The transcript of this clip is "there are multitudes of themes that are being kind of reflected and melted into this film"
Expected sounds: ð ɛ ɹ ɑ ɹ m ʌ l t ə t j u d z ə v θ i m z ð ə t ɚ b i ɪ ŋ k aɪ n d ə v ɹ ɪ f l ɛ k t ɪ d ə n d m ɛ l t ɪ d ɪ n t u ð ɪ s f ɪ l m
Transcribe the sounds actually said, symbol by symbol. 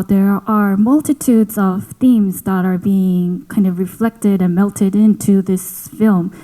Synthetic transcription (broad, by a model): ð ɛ ɹ ɑ ɹ m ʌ l t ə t u d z ə v θ i m z ð ə t ɚ b i ɪ ŋ k aɪ n d ə v ɹ ɪ f l ɛ k t ɪ d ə n m ɛ l t ɪ d ɪ n t u ð ɪ s f ɪ l m